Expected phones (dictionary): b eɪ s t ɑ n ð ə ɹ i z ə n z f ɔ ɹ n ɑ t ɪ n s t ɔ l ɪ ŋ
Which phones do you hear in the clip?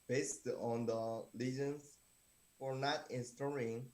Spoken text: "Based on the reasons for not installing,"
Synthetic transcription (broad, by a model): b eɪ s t ɑ n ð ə l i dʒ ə n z f ɔ ɹ n ɑ t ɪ n s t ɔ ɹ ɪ ŋ